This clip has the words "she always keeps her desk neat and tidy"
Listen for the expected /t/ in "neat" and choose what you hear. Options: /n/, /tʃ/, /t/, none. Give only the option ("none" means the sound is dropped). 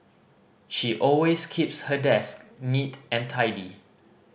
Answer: /t/